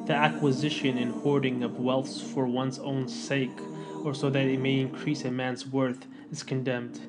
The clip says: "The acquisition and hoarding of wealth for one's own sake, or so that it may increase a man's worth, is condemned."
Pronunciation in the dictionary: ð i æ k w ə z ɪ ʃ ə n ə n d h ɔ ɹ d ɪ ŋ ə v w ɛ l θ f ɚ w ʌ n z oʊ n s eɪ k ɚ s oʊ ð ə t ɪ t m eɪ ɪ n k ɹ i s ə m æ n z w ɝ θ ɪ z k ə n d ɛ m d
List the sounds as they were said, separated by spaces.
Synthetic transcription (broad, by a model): ð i æ k w ə z ɪ ʃ ə n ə n h ɔ ɹ d ɪ ŋ ə v w ɛ l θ f ɚ w ʌ n z oʊ n s eɪ k ɚ s oʊ ð ə t ɪ t m eɪ ɪ n k ɹ i s ə m æ n z w ɝ θ ɪ z k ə n d ɛ m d